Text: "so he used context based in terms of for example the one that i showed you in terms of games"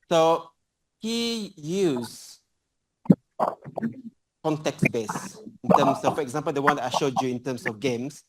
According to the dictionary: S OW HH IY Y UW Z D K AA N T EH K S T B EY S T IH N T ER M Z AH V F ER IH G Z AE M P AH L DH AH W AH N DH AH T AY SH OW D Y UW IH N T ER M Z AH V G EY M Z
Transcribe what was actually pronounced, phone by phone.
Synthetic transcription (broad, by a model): S OW HH IY Y UW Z K AA N T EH K S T B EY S IH N T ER M S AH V F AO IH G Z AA M P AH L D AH W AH N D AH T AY SH OW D Y UW IH N T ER M S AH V G EY M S